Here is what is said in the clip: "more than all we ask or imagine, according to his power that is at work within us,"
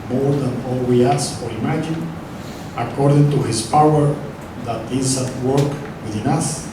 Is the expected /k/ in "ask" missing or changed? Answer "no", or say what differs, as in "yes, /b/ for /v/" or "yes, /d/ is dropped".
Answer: yes, /k/ is dropped